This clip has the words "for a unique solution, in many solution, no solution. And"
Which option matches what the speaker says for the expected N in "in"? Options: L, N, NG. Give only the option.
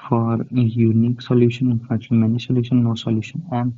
L